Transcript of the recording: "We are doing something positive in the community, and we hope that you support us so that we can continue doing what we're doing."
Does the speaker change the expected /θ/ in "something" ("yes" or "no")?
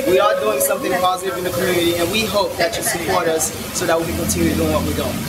no